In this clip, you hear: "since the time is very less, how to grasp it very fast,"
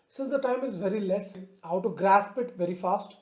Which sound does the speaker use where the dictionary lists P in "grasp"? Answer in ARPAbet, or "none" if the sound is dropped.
P